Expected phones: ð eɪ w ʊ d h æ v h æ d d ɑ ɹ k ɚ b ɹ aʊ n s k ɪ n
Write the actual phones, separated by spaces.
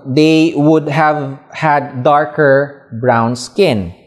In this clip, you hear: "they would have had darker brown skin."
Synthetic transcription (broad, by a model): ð eɪ w ʊ d h æ v h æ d d ɑ ɹ k ɚ b ɹ aʊ n s k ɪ n